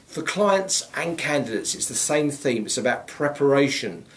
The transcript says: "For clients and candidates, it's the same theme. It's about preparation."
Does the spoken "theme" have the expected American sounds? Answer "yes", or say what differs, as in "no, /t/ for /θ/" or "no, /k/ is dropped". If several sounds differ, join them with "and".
yes